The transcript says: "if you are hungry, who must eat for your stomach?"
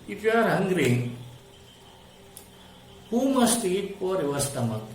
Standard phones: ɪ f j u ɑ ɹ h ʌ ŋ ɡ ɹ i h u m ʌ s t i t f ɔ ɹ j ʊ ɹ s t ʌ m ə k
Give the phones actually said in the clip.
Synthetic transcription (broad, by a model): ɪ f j ɑ ɹ h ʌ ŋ ɡ ɹ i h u m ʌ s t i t p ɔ ɹ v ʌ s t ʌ m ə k